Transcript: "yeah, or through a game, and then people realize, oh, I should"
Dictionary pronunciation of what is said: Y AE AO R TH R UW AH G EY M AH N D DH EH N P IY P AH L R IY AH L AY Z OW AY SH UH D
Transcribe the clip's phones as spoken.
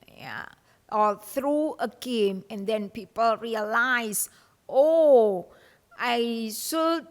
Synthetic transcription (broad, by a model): Y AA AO L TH R UW AH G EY M AH N D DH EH N P IY P AH L R IY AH L AY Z OW AY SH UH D